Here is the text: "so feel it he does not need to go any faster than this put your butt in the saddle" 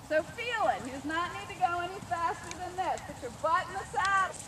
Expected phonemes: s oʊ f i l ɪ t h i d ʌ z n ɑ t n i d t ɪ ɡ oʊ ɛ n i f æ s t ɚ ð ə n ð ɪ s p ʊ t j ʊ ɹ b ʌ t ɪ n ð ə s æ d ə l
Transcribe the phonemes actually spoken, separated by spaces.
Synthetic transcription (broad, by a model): s oʊ f i l ɪ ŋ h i d ʌ z n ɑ t n i d t ɪ ɡ oʊ ɛ n i f æ s t ɚ ð ə n ð ɪ s b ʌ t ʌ ɹ b ʌ t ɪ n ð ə s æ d